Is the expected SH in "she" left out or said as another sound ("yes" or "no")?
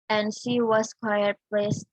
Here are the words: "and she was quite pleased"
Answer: no